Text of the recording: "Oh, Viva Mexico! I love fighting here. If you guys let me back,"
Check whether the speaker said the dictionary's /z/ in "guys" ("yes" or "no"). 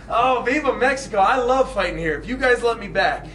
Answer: yes